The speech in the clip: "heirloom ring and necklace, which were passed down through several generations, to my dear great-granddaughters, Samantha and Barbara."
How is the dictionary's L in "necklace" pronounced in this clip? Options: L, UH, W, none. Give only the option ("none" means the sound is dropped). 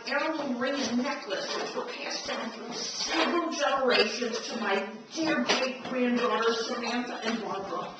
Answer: L